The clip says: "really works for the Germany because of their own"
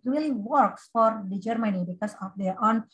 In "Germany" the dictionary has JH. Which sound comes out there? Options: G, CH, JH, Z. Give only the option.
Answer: JH